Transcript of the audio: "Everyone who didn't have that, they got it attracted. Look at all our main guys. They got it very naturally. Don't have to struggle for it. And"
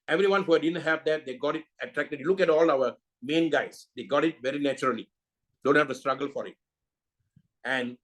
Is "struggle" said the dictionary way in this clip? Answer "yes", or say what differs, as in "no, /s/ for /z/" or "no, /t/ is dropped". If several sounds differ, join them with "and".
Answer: yes